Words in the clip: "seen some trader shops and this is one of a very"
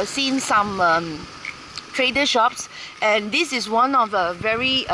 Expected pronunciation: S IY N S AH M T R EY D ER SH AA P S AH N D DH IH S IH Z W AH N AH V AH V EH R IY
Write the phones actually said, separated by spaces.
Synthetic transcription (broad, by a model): S IY N S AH M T R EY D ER SH AA P S AH N D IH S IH S W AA N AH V AH V EH R IY